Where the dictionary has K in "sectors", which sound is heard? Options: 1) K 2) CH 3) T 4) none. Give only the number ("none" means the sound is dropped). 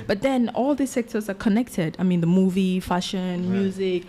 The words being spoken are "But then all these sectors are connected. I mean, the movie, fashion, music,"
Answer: 1